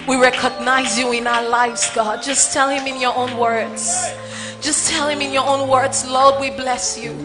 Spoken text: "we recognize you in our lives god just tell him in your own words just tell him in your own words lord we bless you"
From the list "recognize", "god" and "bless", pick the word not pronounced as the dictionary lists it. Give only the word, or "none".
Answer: none